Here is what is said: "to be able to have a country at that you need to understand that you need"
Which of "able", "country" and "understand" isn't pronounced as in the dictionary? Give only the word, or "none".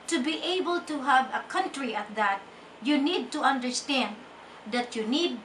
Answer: none